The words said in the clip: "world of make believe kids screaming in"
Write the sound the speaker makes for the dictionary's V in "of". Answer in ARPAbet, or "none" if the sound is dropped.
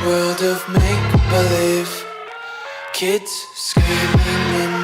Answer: V